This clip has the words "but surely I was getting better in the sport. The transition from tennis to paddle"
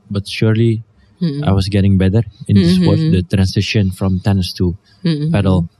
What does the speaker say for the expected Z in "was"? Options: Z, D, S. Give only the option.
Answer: S